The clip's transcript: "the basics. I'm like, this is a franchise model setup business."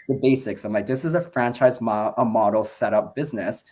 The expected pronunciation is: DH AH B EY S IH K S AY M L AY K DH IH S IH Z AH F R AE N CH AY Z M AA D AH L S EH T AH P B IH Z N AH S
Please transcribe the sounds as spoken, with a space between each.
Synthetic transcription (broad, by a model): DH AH B EY S IH K S AY M L AY K DH IH S IH Z AH F R AE N CH AY Z M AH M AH L S EH T AH P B IH Z N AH S